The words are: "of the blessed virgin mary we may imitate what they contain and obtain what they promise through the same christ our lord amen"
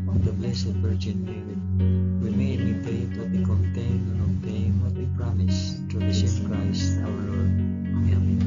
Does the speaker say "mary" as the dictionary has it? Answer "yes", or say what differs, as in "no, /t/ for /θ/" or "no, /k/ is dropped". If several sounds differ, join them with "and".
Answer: no, /w/ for /ɹ/